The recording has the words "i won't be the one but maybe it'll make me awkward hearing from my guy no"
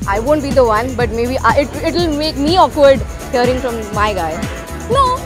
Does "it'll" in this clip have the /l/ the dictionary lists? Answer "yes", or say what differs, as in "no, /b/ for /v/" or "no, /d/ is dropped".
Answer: yes